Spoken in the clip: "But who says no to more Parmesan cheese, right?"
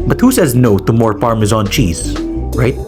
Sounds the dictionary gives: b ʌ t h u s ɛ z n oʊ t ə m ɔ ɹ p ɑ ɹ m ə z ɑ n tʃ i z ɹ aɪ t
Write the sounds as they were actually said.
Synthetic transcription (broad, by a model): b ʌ t h u s ɛ z n oʊ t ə m ɔ ɹ f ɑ ɹ m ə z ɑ n tʃ i z ɹ aɪ t